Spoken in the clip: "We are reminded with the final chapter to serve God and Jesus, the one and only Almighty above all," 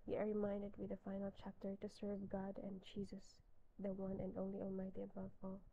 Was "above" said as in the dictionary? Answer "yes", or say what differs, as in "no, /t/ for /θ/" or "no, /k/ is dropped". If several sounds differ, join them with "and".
yes